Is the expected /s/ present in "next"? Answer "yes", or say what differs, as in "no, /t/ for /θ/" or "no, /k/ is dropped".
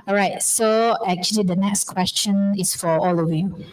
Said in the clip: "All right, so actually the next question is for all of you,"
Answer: yes